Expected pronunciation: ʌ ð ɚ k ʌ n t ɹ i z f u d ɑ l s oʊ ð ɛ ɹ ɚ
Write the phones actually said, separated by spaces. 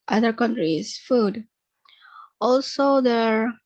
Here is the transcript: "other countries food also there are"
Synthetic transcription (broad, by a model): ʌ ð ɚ k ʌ n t ɹ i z f u d ɑ l s oʊ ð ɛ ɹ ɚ